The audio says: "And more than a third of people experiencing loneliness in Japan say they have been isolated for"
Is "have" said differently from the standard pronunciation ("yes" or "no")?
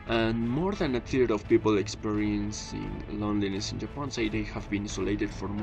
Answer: no